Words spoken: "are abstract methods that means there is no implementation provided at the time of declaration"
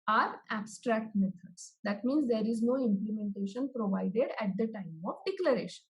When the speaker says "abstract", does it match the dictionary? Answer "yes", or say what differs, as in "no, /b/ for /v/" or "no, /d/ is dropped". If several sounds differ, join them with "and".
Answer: yes